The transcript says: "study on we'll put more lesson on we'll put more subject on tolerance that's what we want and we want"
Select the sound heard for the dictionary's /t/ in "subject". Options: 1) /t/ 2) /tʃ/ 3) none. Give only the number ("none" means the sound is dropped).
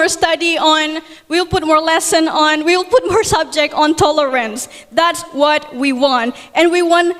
1